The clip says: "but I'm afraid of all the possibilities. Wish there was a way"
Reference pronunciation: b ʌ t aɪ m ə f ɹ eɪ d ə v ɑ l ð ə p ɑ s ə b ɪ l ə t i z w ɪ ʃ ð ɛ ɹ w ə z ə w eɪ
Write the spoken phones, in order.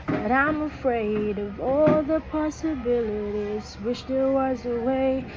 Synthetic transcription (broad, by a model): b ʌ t aɪ m ə f ɹ eɪ d ə v ɑ l ð ə p ɑ s ə b ɪ l ə t i z w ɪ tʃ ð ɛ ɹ w ə z ə w eɪ